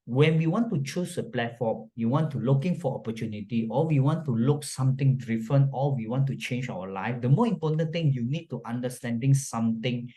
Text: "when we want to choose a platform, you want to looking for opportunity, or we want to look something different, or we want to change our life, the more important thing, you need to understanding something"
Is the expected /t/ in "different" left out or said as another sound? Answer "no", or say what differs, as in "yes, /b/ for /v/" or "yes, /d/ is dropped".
yes, /t/ is dropped